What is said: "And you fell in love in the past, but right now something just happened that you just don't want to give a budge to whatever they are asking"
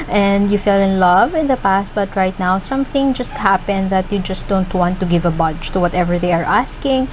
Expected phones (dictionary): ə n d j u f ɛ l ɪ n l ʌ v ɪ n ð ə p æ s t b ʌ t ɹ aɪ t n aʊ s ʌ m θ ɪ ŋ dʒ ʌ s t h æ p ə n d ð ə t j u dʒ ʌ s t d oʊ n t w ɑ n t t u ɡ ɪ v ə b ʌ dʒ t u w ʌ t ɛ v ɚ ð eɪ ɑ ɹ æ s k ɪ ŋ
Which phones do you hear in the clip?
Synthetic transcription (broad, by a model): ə n d j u f ɛ l ɪ n l ʌ v ɪ n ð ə p æ s t b ʌ t ɹ aɪ t n aʊ s ʌ m θ ɪ ŋ dʒ ʌ s t h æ p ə n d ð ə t j u dʒ ʌ s t d oʊ n t w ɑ n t t u ɡ ɪ v ə b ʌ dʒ t u w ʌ t ɛ v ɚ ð eɪ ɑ ɹ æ s k ɪ ŋ